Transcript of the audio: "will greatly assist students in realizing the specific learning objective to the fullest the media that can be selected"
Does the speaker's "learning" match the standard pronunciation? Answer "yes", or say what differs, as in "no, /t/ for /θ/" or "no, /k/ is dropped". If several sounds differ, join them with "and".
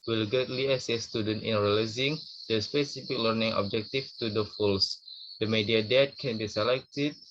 yes